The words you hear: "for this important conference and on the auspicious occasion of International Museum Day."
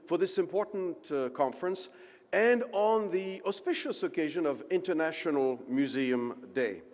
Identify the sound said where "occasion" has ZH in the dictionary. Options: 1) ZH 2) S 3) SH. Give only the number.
1